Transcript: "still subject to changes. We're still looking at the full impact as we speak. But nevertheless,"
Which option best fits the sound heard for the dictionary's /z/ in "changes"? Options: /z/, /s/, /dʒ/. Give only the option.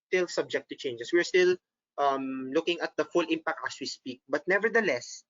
/s/